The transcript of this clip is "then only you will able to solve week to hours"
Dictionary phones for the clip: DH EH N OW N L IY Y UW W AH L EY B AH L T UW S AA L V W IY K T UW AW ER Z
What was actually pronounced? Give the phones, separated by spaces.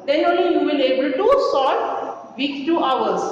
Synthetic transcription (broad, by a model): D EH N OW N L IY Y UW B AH N EY B AH L T UW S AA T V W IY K T UW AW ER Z